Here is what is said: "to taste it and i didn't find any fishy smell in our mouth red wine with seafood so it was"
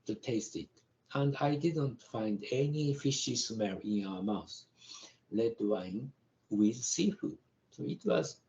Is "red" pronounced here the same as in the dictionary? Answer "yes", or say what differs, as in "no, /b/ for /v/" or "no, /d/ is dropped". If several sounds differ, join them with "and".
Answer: no, /l/ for /ɹ/